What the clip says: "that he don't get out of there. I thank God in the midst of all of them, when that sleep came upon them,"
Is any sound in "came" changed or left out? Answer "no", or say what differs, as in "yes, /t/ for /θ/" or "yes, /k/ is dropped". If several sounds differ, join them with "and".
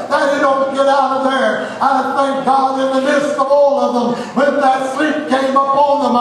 no